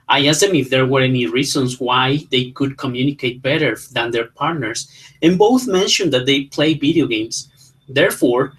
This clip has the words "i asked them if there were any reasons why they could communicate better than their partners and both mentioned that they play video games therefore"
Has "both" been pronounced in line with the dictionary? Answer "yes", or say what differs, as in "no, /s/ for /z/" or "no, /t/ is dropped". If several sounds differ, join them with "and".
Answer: yes